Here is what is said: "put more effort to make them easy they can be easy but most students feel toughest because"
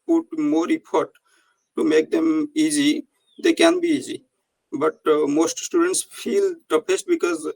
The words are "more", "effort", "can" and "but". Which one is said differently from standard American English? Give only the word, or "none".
effort